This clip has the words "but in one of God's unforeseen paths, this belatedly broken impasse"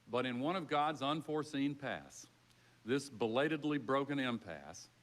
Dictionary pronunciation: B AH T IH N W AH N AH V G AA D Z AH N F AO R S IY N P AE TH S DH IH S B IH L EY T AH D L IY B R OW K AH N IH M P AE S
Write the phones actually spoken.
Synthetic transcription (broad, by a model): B AH T IH N W AH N AH V G AA D Z AH N F AO R S IY N P AE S DH IH S B IH L EY T AH D L IY B R OW K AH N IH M P AE S